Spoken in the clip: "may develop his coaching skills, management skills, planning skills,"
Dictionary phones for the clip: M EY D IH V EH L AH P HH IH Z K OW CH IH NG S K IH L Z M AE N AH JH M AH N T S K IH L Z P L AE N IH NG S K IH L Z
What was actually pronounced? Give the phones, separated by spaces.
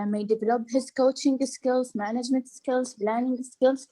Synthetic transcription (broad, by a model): M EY D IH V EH L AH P HH IH Z K OW CH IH NG S K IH L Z M AE N AH JH M AH N T S K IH L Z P L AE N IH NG S K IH L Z